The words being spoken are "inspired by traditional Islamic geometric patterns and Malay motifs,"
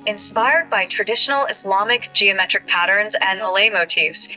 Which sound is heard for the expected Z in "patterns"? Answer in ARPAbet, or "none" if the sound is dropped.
Z